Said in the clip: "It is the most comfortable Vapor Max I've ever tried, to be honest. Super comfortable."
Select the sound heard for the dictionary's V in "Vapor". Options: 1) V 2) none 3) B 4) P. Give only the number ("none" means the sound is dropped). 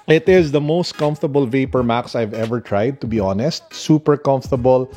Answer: 1